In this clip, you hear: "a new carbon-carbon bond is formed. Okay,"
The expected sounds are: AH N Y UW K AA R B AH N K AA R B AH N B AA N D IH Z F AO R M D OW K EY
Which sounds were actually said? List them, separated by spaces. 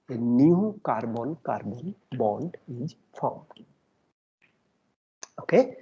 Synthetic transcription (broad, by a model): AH N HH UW K AA R B AH N K AA R B AH N B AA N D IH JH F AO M OW K EY